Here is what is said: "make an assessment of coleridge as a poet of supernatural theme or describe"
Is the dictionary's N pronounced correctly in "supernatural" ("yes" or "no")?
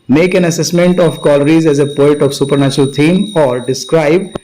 yes